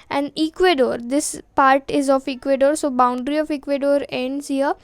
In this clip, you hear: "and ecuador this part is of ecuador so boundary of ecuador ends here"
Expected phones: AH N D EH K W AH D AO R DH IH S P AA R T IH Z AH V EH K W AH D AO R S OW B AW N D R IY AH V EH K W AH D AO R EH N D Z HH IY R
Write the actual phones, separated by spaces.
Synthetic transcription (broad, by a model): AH N D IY K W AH D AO R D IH S P AA R T IH Z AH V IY K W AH D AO R S OW B AW N D R IY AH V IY K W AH D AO R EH N D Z HH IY R